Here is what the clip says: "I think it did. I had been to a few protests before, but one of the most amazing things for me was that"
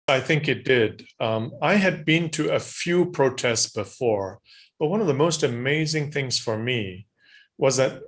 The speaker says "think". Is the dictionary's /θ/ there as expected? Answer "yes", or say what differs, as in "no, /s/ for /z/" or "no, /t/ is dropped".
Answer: yes